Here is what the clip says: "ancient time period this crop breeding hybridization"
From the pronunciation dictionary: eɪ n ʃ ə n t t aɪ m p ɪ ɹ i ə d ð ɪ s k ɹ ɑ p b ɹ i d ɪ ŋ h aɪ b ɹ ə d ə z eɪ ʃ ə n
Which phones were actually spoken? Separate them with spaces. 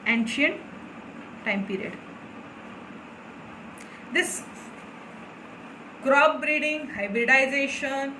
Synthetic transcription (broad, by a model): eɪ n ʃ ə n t t aɪ m p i ɹ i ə d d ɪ s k ɹ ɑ b b ɹ i d ɪ ŋ h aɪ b ɹ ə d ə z eɪ ʃ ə n